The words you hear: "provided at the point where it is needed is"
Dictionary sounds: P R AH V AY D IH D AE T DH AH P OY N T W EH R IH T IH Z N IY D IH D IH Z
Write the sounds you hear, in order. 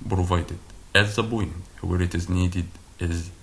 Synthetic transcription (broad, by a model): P R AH V AY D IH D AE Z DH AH B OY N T W EH R IH T IH Z N IY D IH D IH Z